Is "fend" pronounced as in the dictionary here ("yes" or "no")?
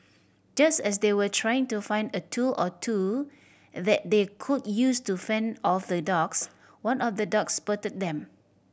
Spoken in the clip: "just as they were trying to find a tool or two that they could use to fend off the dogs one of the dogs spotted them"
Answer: yes